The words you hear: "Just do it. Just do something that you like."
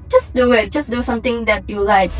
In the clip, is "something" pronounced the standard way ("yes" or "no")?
no